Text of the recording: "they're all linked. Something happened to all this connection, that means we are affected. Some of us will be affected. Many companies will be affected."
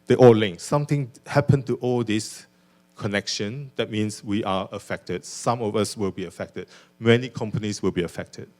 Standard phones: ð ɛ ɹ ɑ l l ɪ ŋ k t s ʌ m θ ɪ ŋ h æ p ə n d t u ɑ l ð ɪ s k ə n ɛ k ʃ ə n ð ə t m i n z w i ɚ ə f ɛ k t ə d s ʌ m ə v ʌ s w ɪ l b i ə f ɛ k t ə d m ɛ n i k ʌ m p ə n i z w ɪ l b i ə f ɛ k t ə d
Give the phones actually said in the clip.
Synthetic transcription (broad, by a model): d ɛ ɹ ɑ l l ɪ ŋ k s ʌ m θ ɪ ŋ h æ p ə n t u ɑ l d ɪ s k ə n ɛ k ʃ ə n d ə t m i n s w i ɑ ə f ɛ k t ə d s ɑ m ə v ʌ s w ɪ l b i ə f ɛ k t ə d m ɛ n i k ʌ m p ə n i s w ɪ l b i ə f ɛ k t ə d